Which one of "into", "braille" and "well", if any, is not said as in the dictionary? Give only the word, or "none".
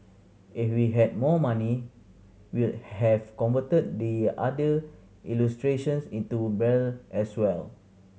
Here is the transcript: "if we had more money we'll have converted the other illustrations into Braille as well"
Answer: braille